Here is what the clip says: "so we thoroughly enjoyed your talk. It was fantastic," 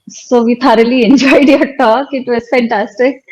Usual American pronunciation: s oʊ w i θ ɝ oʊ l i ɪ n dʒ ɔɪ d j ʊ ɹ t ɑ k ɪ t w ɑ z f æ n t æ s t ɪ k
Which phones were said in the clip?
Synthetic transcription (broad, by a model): s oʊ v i t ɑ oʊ l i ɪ n dʒ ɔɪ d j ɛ t ɑ k ɪ t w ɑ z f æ n t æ s t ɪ k